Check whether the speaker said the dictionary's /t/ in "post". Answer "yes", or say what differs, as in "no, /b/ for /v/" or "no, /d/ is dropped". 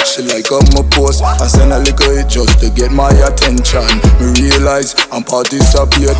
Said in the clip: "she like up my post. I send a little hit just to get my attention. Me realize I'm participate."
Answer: no, /t/ is dropped